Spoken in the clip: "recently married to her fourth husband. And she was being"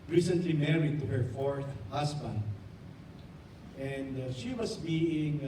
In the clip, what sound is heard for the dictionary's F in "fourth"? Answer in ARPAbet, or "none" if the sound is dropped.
F